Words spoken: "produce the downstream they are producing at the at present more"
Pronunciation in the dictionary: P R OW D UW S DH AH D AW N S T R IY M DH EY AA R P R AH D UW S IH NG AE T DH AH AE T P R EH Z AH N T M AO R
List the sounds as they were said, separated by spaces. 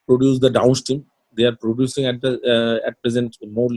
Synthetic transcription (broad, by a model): P R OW D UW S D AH D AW N S T IY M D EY AA R P R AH D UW S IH NG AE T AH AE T P R EH Z AH N T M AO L